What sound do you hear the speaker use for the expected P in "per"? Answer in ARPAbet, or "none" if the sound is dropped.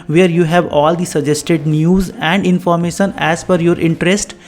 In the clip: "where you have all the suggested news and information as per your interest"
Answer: F